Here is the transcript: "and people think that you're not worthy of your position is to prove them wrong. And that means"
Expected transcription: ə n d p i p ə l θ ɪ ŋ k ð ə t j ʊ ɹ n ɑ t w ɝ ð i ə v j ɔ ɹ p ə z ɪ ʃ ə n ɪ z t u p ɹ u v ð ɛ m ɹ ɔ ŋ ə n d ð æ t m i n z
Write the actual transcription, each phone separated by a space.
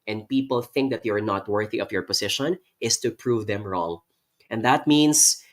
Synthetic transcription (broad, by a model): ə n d p i p ə l θ ɪ ŋ k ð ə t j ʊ ɹ n ɑ t w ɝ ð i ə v j ɔ ɹ p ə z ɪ ʃ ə n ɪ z t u p ɹ u v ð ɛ m ɹ ɔ ŋ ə n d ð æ t m i n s